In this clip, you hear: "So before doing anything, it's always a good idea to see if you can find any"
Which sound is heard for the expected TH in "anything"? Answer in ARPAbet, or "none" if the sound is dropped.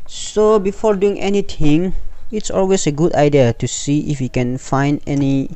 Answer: T